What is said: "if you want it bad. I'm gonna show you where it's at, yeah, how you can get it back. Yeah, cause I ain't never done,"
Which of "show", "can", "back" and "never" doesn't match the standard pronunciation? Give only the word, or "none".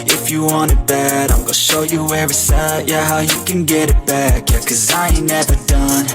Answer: none